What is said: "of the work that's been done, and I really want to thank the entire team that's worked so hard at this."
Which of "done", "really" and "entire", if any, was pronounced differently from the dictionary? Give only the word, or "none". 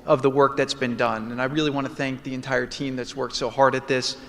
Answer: none